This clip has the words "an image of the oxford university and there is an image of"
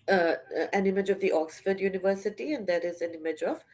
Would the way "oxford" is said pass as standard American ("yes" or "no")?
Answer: yes